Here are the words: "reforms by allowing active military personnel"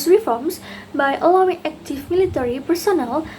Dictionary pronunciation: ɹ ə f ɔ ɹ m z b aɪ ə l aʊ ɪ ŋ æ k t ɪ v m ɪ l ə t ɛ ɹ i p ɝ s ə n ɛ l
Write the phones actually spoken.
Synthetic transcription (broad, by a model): ɹ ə f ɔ ɹ m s b aɪ ə l aʊ ɪ ŋ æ k t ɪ f m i l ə t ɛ ɹ i p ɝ s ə n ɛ l